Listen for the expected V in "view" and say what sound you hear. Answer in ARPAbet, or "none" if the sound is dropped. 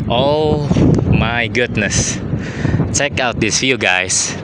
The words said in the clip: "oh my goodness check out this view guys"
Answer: F